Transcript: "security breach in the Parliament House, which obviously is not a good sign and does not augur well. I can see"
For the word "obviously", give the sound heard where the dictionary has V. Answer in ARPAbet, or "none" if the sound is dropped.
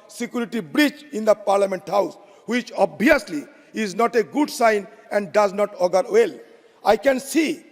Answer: none